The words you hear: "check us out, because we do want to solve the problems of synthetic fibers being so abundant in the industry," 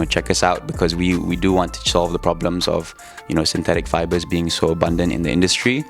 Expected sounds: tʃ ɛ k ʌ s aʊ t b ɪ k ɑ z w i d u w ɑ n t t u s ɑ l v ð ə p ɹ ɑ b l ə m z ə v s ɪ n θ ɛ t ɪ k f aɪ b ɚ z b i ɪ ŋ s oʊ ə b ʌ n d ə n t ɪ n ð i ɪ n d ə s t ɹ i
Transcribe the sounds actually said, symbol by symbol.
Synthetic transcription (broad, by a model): tʃ ɛ k ʌ s aʊ t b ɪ k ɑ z w i d u w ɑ n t t u s ɑ l v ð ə p ɹ ɑ b l ə m z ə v s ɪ n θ ɛ t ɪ k f aɪ b ɚ z b i ɪ ŋ s oʊ ə b ʌ n d ə n t ɪ n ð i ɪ n d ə s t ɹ i